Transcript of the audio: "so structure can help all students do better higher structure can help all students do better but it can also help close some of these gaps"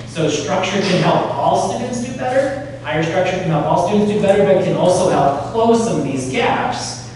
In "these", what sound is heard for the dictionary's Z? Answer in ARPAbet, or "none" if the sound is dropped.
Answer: Z